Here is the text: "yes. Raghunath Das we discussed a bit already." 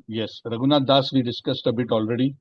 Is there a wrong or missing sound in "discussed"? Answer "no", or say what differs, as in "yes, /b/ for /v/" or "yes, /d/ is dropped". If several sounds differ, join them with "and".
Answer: no